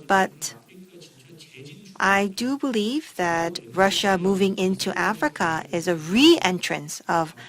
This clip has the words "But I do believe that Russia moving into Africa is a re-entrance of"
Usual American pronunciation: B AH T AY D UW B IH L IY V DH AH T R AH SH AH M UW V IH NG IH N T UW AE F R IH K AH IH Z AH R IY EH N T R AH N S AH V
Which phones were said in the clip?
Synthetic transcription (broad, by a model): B AH T AY D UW B IH L IY V DH AH T R AH SH AH M UW V IH NG IH N T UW AE F R IH K AH IH Z AH R IY EH N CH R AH N S AH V